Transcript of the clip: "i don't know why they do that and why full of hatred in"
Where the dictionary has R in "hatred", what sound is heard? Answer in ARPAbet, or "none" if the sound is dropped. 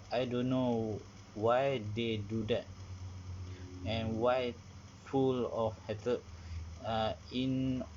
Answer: none